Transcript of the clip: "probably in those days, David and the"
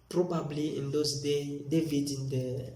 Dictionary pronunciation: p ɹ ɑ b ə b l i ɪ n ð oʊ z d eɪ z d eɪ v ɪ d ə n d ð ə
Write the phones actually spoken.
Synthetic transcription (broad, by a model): p ɹ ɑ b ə b l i ɪ n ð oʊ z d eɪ d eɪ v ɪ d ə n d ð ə